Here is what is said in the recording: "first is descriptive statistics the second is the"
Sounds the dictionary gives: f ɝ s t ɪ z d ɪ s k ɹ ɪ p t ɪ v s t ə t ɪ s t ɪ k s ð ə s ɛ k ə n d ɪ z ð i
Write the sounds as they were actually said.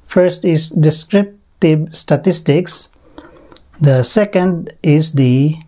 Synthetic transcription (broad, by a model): f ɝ s t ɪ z d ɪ s k ɹ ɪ p t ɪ b s t ə t ɪ s t ɪ k s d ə s ɛ k ə n d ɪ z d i